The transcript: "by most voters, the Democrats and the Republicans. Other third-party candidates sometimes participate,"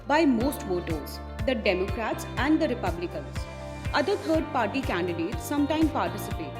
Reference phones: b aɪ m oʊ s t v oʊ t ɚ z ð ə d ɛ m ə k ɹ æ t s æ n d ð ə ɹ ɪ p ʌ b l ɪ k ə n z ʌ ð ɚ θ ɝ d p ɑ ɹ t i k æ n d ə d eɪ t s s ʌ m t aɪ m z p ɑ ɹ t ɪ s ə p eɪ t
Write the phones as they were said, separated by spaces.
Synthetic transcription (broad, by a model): b aɪ m oʊ s t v oʊ t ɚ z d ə d ɛ m ə k ɹ æ t s æ n d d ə ɹ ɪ p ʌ b l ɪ k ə n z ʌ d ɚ t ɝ d p ɑ ɹ t i k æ n d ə d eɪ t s s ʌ m t aɪ m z p ɑ ɹ t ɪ s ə p eɪ t